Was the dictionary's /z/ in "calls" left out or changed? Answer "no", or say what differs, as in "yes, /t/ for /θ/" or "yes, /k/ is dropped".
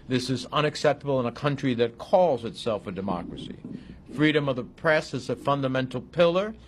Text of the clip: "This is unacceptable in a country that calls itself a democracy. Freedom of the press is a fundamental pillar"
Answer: no